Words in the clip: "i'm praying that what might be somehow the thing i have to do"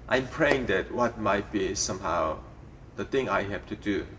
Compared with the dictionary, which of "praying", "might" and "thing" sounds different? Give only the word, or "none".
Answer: thing